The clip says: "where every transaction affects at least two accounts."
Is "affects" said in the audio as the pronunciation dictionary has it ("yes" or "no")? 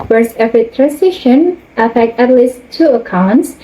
no